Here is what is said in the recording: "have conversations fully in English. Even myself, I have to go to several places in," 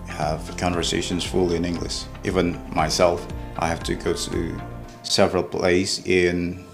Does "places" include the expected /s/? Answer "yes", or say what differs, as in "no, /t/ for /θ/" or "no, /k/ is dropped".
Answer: no, /s/ is dropped